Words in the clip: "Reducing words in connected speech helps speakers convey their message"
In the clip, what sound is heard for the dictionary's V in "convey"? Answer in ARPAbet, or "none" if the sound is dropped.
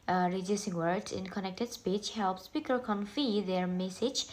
F